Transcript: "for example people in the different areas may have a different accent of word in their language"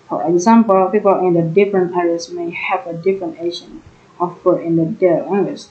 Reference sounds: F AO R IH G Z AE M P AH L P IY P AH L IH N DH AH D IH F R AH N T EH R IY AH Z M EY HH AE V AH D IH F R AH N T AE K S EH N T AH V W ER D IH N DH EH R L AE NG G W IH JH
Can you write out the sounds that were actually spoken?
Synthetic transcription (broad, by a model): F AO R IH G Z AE M P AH L P IY P AH L IH N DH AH D IH F R AH N T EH R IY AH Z M EY HH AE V AH D IH F R AH N T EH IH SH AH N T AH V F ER IH N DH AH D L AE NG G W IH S